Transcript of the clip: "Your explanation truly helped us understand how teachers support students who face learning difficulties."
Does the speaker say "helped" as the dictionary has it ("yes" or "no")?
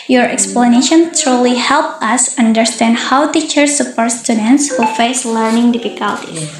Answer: no